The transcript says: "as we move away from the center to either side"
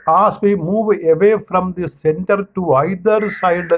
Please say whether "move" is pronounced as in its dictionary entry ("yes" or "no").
yes